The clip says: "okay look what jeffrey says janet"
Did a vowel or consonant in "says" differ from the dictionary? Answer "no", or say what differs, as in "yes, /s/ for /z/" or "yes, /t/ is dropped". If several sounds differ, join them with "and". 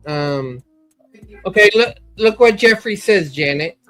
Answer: no